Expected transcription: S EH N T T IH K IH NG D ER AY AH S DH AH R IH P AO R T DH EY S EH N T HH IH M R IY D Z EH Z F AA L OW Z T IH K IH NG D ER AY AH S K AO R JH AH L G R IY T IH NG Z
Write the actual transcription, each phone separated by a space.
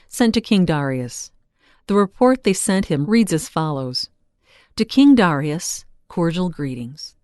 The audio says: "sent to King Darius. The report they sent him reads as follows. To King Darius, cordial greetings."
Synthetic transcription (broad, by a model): S EH N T T IH K IH NG D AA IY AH S DH AH R IH P AO R T DH EY S EH N T HH IH M R IY D Z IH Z F AA L OW Z T IH K IH NG D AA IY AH S K AO R JH L G R IY T IH NG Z